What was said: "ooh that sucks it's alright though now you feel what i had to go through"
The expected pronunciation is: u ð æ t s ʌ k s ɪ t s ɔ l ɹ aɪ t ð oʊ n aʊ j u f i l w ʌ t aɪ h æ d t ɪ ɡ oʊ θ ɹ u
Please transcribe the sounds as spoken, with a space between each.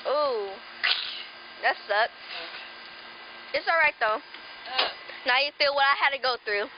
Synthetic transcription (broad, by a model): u ð æ t s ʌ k ɪ t s ɔ l ɹ aɪ t ð oʊ n aʊ j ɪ f i l w ʌ t aɪ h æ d t ɪ ɡ oʊ θ ɹ u